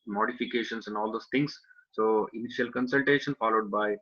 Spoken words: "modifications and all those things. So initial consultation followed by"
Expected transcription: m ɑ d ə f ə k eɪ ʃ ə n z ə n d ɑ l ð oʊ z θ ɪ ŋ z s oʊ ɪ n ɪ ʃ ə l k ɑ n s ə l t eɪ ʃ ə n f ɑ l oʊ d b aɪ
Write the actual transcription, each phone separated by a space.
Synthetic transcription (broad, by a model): m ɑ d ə f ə k eɪ ʃ ə n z ə n d ɑ l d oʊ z t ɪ ŋ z s oʊ ɪ n ɪ ʃ ə l k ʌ n s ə l t eɪ ʃ ə n f ɑ l oʊ d b aɪ